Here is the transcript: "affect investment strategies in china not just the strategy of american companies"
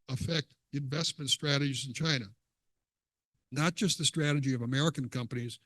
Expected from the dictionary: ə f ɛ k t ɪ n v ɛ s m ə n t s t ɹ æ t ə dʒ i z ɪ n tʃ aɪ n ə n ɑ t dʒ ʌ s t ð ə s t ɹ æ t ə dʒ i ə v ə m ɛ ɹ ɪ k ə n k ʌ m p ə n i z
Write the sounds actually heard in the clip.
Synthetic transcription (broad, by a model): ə f ɛ k t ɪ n v ɛ s m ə n t s t ɹ æ t ə dʒ i z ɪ n tʃ aɪ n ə n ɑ t dʒ ʌ s t ð ə s t ɹ æ t ə dʒ i ə v ə m ɛ ɹ ɪ k ə n k ʌ m p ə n i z